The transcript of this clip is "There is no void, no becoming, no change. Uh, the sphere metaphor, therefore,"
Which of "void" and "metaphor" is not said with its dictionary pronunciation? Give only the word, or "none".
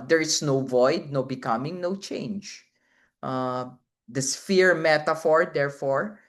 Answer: none